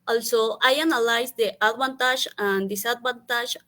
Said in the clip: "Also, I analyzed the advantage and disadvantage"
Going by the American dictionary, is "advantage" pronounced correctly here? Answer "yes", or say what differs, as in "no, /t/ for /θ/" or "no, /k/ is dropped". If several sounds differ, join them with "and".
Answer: no, /b/ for /v/ and /ʒ/ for /dʒ/